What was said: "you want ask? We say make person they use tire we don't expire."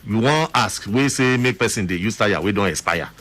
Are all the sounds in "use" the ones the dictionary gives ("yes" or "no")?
yes